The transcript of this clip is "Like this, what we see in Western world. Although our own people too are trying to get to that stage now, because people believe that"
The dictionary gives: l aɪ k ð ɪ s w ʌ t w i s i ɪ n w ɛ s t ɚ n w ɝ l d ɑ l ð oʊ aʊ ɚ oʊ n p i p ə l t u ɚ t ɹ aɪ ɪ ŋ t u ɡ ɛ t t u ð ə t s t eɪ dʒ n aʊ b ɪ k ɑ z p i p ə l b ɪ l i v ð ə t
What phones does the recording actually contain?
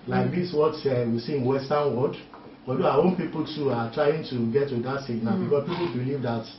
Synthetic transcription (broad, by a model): l aɪ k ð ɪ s w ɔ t w i s i ɪ n w ɛ s t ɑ n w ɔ d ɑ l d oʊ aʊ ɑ oʊ n p i p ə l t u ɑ t ɹ aɪ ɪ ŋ t u ɡ ɛ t t u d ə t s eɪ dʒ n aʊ b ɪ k ɑ s p i p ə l b ɪ l i v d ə t